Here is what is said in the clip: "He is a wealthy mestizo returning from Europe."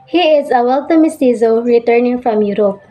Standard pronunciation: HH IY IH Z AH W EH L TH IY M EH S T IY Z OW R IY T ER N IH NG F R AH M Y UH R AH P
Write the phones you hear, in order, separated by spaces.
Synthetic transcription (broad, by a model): HH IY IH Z AH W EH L T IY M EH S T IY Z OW R IY T ER N IH NG F R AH M Y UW R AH P